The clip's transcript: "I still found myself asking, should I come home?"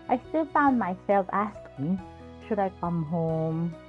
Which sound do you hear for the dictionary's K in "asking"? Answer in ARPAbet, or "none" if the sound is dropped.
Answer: K